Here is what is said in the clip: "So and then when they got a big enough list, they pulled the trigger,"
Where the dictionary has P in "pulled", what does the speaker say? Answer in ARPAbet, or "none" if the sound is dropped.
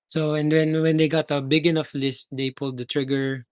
P